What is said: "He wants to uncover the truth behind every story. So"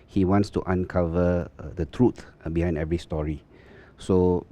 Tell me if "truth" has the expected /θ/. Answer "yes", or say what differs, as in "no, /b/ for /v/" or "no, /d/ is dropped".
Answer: no, /t/ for /θ/